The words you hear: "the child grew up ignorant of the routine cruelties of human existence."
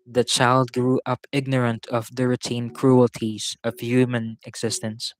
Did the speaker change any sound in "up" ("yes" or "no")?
no